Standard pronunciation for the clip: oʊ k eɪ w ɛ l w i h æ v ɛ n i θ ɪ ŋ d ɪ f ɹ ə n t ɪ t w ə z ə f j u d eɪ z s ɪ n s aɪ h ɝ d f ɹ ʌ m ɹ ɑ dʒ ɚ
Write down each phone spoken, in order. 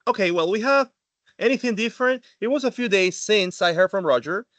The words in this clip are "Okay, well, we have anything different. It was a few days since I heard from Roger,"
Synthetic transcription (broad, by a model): oʊ k eɪ w ɛ l w i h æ v ɛ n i θ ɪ ŋ d ɪ f ɹ ə n t ɪ t w ə z ə f j u d eɪ z s ɪ n s aɪ h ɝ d f ɹ ʌ m ɹ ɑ dʒ ɚ